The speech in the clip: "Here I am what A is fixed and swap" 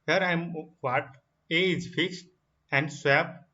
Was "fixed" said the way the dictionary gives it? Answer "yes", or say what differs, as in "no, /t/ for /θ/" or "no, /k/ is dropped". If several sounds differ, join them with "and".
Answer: yes